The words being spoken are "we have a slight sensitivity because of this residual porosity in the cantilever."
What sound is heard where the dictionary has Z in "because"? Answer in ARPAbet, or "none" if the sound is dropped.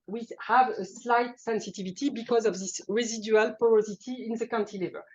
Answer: Z